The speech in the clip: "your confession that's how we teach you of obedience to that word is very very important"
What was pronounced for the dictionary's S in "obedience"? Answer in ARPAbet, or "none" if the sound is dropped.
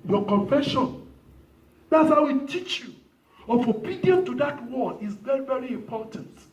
none